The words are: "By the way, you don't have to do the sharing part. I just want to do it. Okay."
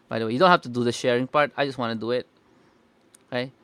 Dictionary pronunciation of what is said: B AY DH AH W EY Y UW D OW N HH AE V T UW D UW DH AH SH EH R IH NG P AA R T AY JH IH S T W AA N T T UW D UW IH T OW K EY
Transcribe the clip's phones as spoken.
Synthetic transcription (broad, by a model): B AY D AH W EY Y UW D OW N HH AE F T UW D UW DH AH SH EH R IH NG P AA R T AY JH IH S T W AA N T T UW D UW IH T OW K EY